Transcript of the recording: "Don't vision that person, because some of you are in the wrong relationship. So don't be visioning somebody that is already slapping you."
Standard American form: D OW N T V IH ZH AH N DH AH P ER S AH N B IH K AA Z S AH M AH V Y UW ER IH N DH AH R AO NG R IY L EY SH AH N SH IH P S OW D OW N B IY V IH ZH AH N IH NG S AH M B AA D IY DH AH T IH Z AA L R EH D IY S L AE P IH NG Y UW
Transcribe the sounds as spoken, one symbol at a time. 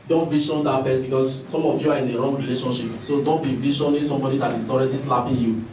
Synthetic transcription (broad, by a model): D OW N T V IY SH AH N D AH B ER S B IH K AA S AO M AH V Y UW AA IH N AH R AO NG R IY L EY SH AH N SH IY P S OW D OW N B IY V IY SH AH N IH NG S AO M B AA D IY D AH T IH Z AA L R EH D IY S L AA P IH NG Y UW